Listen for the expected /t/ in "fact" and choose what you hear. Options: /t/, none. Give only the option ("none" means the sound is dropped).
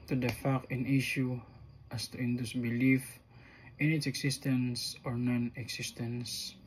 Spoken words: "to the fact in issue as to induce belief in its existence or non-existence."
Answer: none